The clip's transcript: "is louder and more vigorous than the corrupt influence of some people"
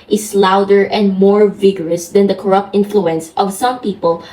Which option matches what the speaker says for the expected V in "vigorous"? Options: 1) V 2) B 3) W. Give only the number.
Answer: 1